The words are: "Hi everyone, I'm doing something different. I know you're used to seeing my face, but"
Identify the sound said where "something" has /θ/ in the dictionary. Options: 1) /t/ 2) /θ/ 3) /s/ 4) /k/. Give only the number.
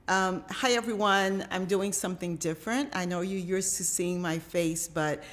2